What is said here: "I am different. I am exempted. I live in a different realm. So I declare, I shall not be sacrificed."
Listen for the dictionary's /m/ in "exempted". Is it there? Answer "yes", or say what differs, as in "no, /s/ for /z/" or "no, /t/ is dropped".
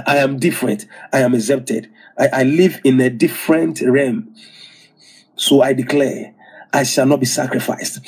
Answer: no, /m/ is dropped